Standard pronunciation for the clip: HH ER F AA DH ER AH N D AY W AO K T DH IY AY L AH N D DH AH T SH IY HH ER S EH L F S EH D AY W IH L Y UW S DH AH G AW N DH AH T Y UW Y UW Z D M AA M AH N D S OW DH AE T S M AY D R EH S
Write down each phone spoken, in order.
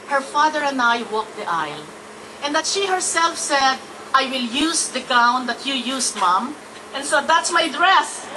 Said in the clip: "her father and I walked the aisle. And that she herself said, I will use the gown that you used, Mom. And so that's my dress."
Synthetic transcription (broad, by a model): HH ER F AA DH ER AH N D AY W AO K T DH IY AY L AH N D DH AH T SH IY HH ER S EH L F S EH D AY W IH L Y UW S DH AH G AW N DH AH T Y UW Y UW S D M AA M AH N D S OW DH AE T S M AY D R EH S